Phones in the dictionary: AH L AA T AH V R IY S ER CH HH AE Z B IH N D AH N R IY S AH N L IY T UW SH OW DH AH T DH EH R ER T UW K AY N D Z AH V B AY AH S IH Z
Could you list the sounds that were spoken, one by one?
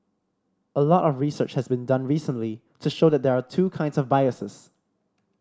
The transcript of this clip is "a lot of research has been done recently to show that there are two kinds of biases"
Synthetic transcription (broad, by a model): AH L AA T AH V R IY S ER CH HH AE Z B IH N D AH N R IY S AH N L IY T UW SH OW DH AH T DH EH R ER T UW K AY N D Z AH V B AY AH S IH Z